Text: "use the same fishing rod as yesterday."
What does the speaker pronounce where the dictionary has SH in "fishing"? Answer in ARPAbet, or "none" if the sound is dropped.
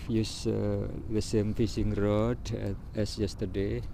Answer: S